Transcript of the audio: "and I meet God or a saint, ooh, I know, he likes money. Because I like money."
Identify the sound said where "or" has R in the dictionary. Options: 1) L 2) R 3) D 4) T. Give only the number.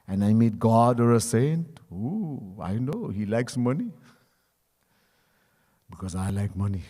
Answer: 2